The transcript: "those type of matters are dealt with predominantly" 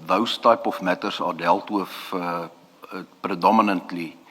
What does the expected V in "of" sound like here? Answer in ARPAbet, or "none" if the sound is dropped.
F